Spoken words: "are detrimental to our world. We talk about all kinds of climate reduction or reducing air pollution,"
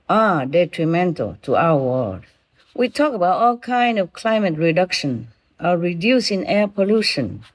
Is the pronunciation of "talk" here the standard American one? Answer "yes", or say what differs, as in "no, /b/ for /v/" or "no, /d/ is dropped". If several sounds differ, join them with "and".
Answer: yes